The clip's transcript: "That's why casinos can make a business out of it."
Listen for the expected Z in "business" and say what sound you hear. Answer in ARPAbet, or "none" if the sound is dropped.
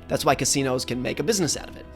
Z